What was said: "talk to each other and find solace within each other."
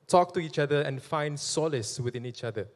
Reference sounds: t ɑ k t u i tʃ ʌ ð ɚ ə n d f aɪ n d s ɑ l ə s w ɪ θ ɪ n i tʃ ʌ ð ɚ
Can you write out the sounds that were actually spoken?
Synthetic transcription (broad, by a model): t ɑ k t u i tʃ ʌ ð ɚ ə n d f aɪ n d s ɑ l ə s w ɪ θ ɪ n i tʃ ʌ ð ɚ